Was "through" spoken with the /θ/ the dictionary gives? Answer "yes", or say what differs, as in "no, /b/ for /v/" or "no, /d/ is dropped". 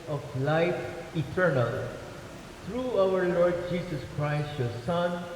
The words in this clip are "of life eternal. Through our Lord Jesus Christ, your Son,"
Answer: no, /t/ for /θ/